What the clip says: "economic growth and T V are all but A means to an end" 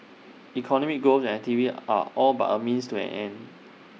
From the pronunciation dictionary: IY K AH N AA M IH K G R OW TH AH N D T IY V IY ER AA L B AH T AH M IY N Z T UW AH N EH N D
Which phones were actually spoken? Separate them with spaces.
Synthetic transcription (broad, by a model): IY K AH N AA M IH K G OW S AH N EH T IY V IY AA AA L B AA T AH M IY N S T UW AH N EH N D